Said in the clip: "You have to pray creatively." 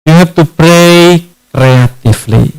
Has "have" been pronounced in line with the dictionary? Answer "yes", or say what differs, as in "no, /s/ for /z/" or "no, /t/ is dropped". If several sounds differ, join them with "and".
no, /p/ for /v/